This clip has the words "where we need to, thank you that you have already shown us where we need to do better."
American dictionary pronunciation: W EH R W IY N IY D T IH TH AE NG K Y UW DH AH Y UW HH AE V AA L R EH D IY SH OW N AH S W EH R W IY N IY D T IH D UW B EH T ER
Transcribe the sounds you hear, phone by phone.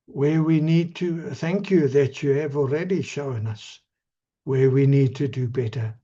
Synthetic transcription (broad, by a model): W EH W IY N IY D T IH TH AE NG K Y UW DH AH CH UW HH V AA L R EH D IY SH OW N AH S W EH W IY N IY D T IH D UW B EH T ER